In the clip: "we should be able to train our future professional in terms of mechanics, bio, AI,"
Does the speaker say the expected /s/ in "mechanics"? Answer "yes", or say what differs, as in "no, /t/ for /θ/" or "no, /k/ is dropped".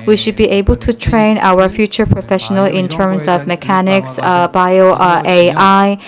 yes